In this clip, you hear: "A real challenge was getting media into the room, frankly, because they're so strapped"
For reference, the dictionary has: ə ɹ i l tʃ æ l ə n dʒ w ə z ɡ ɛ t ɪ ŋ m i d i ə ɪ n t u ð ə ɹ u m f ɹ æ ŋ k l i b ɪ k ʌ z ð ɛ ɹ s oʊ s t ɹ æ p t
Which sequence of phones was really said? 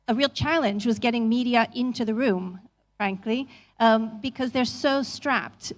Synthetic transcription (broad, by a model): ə ɹ i l tʃ æ l ə n dʒ w ə z ɡ ɛ t ɪ ŋ m i d i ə ɪ n t u ð ə ɹ u m f ɹ æ ŋ k l i b ɪ k ʌ z ð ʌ ɹ s oʊ s t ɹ æ p t